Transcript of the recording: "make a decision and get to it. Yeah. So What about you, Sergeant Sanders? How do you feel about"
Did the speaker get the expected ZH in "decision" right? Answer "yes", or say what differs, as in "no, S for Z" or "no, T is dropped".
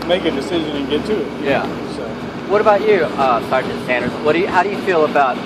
yes